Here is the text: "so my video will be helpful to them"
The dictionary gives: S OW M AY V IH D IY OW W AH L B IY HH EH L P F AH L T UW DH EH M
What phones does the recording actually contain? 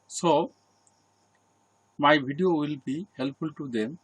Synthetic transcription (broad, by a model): S OW M AY B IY D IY OW W AH L B IY HH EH L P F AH L T UW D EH M